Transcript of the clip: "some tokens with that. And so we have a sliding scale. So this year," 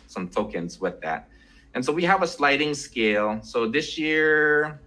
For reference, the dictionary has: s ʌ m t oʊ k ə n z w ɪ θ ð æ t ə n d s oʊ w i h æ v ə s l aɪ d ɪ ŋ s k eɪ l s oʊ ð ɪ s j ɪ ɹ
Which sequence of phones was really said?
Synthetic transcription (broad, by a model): s ʌ m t oʊ k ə n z w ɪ ð æ t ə n s oʊ w i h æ v ə s l aɪ d ɪ ŋ s k eɪ l s oʊ ð ɪ s j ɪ ɹ